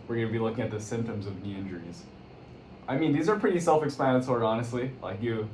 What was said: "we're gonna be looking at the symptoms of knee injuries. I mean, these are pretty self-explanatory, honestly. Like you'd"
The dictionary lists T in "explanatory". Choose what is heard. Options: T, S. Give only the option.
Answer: S